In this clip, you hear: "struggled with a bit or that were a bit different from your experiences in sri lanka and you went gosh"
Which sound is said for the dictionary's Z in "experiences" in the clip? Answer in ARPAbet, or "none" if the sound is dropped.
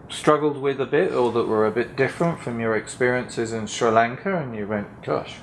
Z